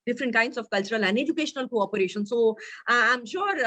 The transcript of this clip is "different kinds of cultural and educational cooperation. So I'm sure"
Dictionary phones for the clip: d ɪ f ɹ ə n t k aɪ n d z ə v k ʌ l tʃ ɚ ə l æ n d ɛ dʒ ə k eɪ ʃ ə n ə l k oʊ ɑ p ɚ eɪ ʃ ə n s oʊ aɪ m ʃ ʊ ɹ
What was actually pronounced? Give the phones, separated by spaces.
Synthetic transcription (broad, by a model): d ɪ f ɹ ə n t k aɪ n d s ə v k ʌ l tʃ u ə l æ n d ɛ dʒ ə k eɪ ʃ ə n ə l k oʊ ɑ p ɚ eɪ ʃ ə n s oʊ aɪ m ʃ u ɹ